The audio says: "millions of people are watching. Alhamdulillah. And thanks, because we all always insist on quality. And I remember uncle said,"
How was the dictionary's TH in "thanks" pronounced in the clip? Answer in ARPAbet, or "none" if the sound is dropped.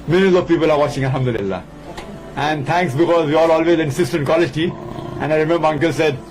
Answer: T